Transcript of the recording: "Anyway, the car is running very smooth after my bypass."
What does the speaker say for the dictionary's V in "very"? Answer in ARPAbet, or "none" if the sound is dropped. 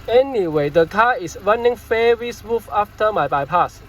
F